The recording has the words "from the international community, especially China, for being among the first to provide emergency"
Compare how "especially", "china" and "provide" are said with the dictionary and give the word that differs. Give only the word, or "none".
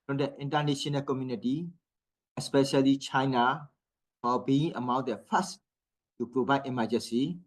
provide